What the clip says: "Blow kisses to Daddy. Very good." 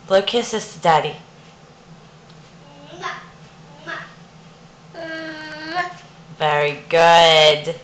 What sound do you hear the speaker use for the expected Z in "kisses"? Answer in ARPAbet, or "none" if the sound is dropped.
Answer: S